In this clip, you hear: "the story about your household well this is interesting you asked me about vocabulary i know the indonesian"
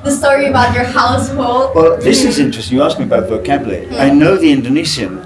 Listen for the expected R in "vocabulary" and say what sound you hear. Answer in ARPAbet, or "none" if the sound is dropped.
none